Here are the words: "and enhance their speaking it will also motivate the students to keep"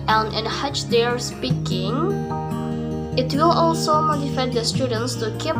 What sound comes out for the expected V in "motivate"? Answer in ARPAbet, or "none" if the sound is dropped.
F